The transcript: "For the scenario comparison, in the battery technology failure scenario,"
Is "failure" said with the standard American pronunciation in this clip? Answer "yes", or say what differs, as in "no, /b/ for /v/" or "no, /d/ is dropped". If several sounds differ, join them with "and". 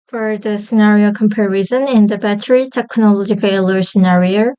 no, /p/ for /f/